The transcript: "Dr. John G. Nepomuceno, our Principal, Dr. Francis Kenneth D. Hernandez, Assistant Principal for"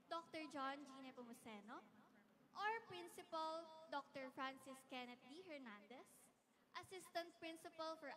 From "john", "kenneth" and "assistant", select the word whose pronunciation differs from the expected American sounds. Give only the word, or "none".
kenneth